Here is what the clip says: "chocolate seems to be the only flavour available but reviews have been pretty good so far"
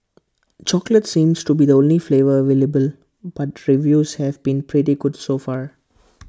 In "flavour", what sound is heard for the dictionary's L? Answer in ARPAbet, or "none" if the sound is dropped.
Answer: L